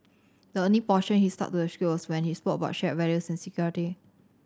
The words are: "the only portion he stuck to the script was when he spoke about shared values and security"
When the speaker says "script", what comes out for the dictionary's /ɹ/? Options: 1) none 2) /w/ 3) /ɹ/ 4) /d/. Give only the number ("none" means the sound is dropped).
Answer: 1